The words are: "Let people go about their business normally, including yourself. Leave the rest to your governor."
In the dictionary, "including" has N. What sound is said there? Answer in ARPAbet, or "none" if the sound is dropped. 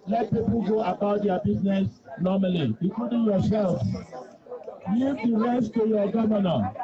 none